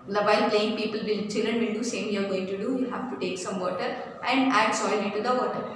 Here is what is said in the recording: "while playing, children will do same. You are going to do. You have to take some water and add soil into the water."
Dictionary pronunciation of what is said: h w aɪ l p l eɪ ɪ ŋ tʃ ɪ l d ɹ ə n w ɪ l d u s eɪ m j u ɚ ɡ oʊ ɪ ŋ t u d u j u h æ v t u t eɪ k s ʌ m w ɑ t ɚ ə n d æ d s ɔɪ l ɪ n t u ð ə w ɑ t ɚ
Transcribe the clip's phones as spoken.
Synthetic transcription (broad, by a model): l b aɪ l p l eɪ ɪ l tʃ ɪ l d ɹ ə n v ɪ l d u s eɪ m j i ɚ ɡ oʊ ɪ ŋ t u d u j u h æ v t u t eɪ k s ʌ m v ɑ t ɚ ə n d æ d s ɔɪ l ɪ t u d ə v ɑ t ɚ